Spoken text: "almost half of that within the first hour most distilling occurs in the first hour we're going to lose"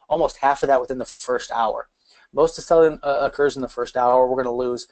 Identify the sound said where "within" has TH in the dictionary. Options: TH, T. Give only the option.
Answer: TH